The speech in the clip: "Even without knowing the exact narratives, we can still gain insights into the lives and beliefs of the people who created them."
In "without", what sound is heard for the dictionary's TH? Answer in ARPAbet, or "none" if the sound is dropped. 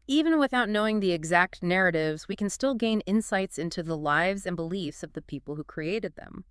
TH